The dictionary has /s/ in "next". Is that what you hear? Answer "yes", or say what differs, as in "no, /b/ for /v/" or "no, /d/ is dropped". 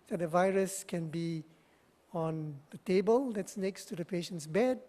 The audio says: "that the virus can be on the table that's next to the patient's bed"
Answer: yes